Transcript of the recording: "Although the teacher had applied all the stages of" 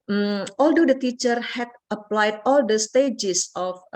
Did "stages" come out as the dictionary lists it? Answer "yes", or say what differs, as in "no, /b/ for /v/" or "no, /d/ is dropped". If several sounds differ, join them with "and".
no, /s/ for /z/